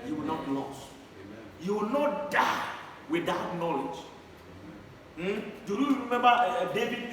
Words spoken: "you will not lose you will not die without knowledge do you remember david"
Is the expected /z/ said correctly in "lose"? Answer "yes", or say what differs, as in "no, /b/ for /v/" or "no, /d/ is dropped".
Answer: no, /s/ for /z/